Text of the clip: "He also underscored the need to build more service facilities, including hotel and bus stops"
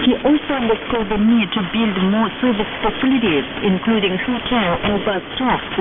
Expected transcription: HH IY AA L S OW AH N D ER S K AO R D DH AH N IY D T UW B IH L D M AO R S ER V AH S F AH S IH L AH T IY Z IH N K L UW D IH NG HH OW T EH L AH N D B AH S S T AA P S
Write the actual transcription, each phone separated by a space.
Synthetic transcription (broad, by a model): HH IY AA L S OW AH N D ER S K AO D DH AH N IY D T UW B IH L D M AO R S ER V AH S P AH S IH L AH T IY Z IH N K L UW D IH NG HH OW T EH L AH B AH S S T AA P